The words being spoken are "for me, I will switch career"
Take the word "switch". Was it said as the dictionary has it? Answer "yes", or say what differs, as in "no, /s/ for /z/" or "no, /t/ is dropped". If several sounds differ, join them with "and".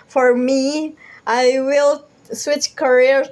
yes